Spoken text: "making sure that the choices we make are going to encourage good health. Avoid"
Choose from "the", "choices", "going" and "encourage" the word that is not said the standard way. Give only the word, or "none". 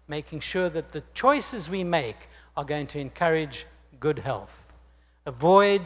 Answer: none